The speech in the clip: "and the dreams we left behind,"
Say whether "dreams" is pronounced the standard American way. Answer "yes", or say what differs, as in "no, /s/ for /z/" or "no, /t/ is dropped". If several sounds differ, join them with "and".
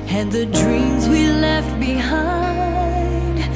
yes